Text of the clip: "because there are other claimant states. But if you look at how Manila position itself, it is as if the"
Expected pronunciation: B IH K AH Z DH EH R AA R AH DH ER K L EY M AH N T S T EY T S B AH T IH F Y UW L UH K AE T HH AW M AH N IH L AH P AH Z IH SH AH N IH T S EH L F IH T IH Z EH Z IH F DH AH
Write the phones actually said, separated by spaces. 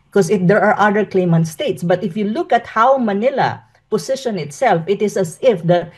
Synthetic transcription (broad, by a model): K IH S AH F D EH R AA R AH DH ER K L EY M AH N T S T EY T S B AH T IH F Y UW L UH K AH T HH AW M AH N IH L AH P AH S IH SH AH N IH T S EH L F IH T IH S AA S IH F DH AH